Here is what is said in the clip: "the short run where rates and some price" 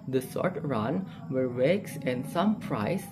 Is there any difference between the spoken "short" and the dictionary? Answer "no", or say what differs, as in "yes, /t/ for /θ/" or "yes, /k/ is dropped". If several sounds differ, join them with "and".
yes, /s/ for /ʃ/